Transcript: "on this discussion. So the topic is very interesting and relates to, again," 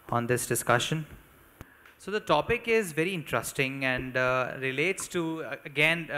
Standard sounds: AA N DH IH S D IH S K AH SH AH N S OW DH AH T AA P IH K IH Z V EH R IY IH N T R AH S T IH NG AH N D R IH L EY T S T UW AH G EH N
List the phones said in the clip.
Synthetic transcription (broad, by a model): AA N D IH S D IH S K AH SH AH N S OW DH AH T AA P IH K IH Z V EH R IY IH N T R AH S T IH NG AH N D R IH L EY T S T UW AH G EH N